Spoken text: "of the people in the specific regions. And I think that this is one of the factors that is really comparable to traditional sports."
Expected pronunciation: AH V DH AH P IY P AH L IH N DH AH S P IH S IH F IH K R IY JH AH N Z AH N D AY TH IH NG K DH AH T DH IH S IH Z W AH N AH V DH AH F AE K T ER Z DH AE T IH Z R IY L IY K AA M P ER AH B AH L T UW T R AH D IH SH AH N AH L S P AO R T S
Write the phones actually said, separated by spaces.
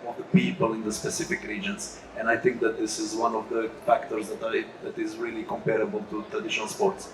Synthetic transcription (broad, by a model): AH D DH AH P IY P AH L IH N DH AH S P IH S IH F IH K R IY JH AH N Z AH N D AY TH IH NG K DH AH T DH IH S IH Z W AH N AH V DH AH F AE K T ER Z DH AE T IH Z R IY L IY K AA M P ER AH B AH L T UW T R AH D IH SH AH N AH L S P AO R T S